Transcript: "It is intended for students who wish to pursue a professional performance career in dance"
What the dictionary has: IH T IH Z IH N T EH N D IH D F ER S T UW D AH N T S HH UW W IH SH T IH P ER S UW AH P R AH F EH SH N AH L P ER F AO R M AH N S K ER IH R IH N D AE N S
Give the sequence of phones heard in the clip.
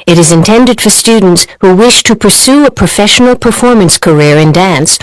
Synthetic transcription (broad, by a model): IH T IH Z IH N T EH N D IH D F ER S T UW D N T S HH UW W IH SH T IH P ER S UW AH P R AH F EH SH N L P ER F AO R M AH N S K ER IH R IH N D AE N S